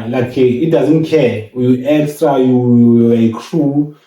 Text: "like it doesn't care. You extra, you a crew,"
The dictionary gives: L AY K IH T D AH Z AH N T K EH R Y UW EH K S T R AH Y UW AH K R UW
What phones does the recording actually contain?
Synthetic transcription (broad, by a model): L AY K IH T D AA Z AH N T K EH Y UW EH K S T R AH Y UW AH K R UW